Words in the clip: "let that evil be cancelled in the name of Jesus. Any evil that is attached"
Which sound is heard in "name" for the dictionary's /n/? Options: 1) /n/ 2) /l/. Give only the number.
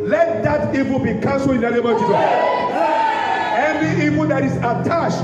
2